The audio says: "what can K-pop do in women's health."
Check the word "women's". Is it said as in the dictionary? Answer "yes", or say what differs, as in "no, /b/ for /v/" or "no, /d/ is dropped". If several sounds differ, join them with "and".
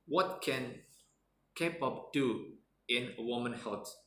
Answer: no, /z/ is dropped